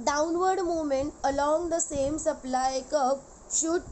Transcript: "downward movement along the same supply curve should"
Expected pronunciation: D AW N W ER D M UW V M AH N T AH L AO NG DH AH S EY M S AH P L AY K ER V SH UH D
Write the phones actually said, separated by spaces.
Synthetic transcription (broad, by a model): D AW N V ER D M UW M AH N T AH L AO NG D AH S EY M S AH P L AY K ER P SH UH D